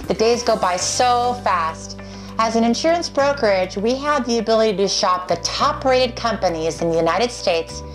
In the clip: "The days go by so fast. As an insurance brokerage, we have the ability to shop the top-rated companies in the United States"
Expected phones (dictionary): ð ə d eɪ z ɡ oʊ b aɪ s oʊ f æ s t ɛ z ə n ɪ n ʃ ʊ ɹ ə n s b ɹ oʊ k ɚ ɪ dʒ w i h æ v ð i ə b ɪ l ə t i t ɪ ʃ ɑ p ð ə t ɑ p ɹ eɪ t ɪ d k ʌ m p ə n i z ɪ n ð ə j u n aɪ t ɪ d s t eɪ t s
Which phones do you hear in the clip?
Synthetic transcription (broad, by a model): ð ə d eɪ z ɡ oʊ b aɪ s oʊ f æ s t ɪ z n ɪ n ʃ ʊ ɹ ə n s b ɹ oʊ k ɚ ɪ dʒ w i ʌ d ð i ə b ɪ l ə t i t ɪ ʃ ɑ p ð ə t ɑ p ɹ eɪ t ɪ d k ʌ m p ə n i z ɪ n ð ə j u n aɪ t ɪ d s t eɪ t s